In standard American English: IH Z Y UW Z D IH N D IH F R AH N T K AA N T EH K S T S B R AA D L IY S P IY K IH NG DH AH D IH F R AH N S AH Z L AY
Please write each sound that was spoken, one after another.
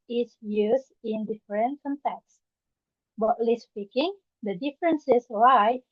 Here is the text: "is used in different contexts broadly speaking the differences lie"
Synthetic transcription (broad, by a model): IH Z Y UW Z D IH N D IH F R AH N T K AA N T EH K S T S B AA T L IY S P IY K IH NG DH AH D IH F R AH N S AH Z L AY